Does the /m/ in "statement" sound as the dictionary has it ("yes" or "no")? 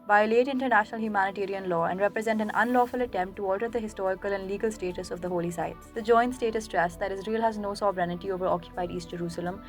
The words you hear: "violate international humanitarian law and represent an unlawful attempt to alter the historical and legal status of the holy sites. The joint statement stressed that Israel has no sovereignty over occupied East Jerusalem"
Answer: no